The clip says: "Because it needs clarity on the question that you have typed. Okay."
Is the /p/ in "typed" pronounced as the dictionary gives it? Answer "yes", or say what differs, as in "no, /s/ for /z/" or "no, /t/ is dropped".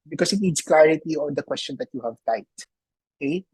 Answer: no, /p/ is dropped